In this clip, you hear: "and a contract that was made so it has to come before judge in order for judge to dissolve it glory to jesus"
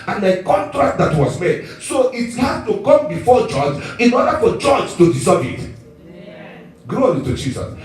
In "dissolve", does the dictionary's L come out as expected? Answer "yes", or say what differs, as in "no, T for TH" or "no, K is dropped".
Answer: no, L is dropped